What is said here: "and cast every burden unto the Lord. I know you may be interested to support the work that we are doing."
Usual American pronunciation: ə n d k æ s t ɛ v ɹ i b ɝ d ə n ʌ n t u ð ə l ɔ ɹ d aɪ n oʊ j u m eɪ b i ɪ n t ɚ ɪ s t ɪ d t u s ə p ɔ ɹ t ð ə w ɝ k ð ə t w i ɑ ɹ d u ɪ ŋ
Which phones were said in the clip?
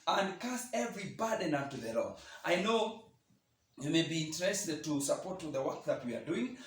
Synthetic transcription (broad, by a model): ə n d k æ s ɛ v ɹ i b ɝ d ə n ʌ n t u ð ə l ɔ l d aɪ n oʊ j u m eɪ b i ɪ n t ɚ ɪ s t ɪ d t u s ə p ɔ ɹ t ð ə w ɝ k ð ə t w i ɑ ɹ d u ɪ ŋ